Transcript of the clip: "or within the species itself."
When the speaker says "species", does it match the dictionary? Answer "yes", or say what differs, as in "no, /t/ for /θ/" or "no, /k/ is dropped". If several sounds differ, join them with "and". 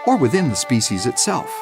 yes